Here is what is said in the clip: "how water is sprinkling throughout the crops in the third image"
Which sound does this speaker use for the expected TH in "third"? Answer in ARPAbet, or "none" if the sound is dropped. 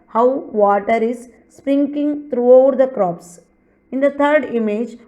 T